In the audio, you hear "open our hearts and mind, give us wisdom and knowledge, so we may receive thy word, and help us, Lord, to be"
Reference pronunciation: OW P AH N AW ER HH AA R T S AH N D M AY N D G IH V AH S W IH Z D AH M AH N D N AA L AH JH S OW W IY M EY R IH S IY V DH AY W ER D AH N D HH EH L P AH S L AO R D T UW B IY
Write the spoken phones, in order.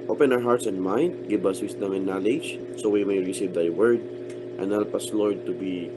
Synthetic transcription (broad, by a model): OW P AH N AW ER HH AA R T S AH N D M AY N D G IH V AH S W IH S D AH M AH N N AA L AH JH S OW W IY M EY R IH S IY V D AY W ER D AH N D HH EH L P AH S L AO R D T UW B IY